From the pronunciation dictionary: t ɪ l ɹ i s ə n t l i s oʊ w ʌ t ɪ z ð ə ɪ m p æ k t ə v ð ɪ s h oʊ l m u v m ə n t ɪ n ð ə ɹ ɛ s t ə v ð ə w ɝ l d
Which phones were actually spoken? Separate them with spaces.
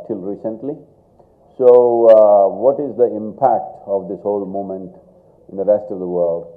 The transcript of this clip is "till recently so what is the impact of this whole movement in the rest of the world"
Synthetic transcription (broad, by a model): t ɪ l ɹ i s ə n t l i s oʊ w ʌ t ɪ z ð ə ɪ m p æ k t ə v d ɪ s h oʊ l m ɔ m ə n t ɪ n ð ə ɹ ɛ s t ə v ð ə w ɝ l d